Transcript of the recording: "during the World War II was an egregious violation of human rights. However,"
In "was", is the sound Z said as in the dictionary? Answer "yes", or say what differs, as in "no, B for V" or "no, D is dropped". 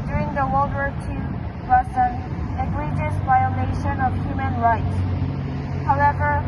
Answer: no, S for Z